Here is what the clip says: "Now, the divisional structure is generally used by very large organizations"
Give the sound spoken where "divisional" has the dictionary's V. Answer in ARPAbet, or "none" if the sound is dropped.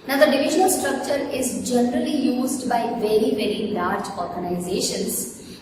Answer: V